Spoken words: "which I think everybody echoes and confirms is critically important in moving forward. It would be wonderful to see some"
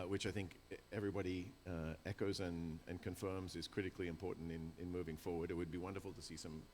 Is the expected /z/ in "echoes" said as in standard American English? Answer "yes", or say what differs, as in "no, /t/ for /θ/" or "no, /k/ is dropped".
yes